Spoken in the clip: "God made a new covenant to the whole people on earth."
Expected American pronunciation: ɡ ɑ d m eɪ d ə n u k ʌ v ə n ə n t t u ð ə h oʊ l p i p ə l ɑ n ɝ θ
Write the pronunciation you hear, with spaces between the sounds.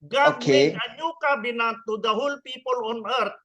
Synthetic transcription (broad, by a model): ɡ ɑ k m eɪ ə n u k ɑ b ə n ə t t u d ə h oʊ l p i p ə l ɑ n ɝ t